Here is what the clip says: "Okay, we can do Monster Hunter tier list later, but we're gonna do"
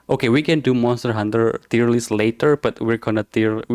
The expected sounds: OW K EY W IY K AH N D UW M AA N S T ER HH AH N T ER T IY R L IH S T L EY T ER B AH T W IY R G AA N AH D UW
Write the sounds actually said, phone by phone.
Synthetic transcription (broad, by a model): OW K EY W IY K AH N D UW M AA S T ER HH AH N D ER T IY R L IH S L EY T ER B AH T W IY R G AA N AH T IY